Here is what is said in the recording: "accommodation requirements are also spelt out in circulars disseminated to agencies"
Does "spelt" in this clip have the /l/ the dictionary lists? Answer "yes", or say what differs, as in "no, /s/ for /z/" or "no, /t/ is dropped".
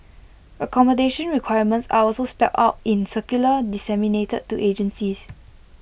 no, /l/ is dropped